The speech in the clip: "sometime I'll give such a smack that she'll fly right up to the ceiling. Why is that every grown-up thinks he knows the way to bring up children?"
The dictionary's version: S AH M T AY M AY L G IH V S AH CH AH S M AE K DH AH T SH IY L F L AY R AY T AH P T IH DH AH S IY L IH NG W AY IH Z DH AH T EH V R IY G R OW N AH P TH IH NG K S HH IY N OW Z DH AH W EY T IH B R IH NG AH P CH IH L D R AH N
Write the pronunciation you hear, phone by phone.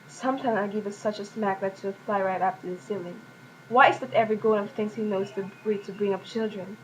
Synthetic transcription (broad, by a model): S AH M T AY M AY G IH V S AH CH AH S M AE K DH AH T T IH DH F L AY R AY T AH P T IH DH AH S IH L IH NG W AY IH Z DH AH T EH V R IY G OW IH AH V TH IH NG S HH IY N OW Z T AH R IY T IH B R IH NG AH P CH IH L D R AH N